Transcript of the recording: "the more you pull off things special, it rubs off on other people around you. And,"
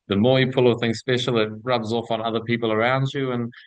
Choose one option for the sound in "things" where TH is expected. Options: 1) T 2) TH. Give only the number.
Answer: 2